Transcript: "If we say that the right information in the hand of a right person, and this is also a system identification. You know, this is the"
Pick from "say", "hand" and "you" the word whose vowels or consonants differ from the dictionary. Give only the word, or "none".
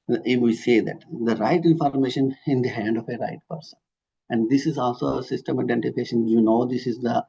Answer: none